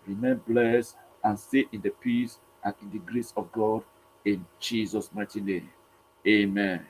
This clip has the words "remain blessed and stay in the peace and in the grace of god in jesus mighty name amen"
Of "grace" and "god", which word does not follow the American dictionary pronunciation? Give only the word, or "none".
none